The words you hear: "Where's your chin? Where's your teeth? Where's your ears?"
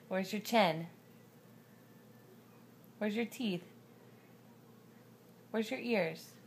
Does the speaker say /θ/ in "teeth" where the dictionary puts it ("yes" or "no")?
yes